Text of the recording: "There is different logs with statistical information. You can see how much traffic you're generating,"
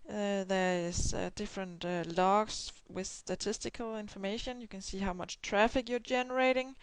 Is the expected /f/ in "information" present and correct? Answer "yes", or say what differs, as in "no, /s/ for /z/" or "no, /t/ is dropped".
yes